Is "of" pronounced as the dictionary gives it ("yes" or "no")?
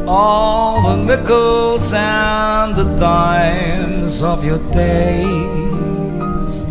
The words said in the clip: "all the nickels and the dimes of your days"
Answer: yes